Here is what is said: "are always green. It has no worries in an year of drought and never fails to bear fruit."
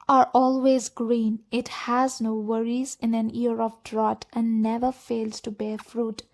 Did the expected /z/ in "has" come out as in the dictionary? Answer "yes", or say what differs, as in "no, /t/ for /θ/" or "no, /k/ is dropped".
yes